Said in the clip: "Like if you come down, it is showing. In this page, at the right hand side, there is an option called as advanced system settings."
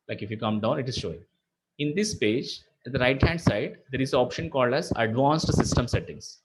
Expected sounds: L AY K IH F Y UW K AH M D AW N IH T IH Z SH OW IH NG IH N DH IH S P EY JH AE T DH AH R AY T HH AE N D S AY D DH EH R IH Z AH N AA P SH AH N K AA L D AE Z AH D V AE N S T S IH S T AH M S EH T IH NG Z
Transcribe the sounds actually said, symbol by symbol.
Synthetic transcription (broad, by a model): L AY K IH F Y UW K AH M D AW N IH T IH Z SH OW IH NG IH N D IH S P EY JH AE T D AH R AY T HH AE N D S AY D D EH R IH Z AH AA P SH AH N K AA L D AE Z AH D V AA N S T S IH S T AH M S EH T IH NG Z